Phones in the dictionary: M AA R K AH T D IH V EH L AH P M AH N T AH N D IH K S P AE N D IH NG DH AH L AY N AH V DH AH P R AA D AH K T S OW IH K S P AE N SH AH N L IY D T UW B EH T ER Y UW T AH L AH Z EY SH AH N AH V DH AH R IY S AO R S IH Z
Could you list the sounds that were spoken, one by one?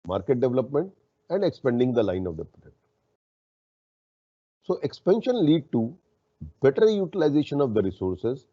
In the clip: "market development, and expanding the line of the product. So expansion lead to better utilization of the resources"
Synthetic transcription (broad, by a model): M AA R K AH T D IH V EH L AH P M AH N T AH N D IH K S P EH N D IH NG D AH L AY N AH V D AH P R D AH T S OW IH K S P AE N SH AH N L IY D T UW B EH T ER Y UW T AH L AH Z EY SH AH N AH V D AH R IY S AO R S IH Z